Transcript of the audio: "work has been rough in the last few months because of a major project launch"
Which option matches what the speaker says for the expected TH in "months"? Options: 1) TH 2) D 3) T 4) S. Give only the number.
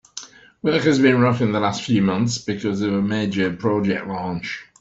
1